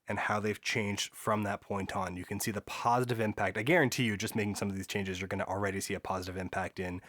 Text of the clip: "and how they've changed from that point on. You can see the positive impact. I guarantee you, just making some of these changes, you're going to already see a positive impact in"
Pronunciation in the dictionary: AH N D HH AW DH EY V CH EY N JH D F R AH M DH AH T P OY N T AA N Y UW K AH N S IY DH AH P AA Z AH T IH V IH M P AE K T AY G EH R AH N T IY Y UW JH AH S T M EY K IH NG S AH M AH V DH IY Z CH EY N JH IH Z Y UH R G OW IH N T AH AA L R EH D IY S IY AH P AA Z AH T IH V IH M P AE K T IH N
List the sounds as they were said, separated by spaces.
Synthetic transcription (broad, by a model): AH N HH AW DH EY V CH EY N JH D F R AH M DH AH T P OY N T N Y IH K AH N S IY DH AH P AA Z AH T IH V IH M P AE K T AY G EH R AH N T IY Y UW JH AH S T M EY K IH NG S AH M AH V DH IY Z CH EY N JH IH Z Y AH R G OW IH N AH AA L R EH D IY S IY AH P AA Z AH T IH V IH M P AE K T IH N